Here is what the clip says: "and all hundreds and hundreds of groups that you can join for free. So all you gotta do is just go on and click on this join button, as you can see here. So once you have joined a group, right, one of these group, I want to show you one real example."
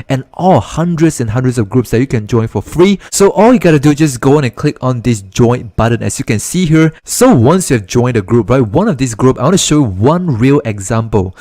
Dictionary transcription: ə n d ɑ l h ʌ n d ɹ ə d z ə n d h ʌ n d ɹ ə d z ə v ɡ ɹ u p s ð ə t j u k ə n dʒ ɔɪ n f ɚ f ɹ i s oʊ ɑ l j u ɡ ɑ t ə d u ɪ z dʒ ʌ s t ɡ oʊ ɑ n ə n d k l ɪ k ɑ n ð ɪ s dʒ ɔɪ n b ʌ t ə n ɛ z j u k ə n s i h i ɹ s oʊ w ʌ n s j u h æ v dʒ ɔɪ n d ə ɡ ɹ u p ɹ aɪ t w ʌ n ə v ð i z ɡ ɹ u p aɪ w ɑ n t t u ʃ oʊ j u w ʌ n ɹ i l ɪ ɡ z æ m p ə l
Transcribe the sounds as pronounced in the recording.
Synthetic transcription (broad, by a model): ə n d ɑ l h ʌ n d ɹ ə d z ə n h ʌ n d ɹ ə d s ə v ɡ ɹ u p s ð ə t j u k ə n dʒ ɔɪ n f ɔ f ɹ i s oʊ ɑ l j u ɡ ɑ t ə d u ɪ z dʒ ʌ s ɡ oʊ ɑ n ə n k l ɪ k ɑ n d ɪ s dʒ ɔɪ n b ʌ t ə n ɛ s j u k ə n s i h i ɹ s oʊ w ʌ n s j u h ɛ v dʒ ɔɪ n d ə ɡ ɹ u p ɹ aɪ t w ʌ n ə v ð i s ɡ ɹ u p aɪ w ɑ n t t u ʃ oʊ j u w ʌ n ɹ i l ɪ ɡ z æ m p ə l